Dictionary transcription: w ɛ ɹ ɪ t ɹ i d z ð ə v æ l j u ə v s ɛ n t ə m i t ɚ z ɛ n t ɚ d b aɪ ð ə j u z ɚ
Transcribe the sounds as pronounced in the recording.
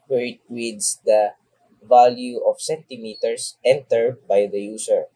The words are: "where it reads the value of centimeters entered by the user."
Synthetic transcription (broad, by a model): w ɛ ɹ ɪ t w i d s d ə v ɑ l j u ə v s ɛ n t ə m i t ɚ s ɛ n t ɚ b aɪ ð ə j u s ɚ